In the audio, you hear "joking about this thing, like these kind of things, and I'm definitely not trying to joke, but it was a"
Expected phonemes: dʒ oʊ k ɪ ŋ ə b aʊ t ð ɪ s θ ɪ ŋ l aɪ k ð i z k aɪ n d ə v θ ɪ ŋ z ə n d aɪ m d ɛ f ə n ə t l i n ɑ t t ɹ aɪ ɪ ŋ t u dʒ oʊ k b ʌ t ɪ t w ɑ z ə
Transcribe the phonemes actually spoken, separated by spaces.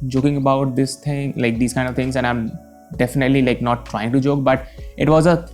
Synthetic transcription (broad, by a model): dʒ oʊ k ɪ ŋ ə b aʊ t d ɪ s t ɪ ŋ l aɪ k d i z k aɪ n d ə v t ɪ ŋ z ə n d aɪ m d ɛ f ə n ə t l i l ɑ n t ɹ aɪ ɪ ŋ t u dʒ oʊ k b ʌ t ɪ t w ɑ z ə